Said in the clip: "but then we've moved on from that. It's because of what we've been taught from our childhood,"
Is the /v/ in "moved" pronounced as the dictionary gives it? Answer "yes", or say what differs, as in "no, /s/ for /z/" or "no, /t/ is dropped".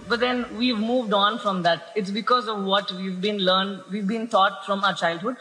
yes